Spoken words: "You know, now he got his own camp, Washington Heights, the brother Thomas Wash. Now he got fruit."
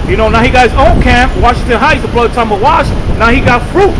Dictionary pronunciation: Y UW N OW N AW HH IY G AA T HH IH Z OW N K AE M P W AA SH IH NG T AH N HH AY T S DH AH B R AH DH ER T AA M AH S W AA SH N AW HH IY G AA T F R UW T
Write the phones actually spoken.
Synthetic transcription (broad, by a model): Y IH N OW N AW HH IY G AA T HH IH Z OW N K AE M P W AA SH IH NG T AH N HH AY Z DH AH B L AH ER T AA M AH W AA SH N AW HH IY G AA T F R UW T